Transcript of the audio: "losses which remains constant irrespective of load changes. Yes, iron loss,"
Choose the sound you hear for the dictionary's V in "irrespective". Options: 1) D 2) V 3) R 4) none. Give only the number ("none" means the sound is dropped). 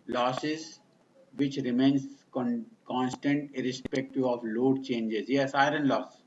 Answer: 4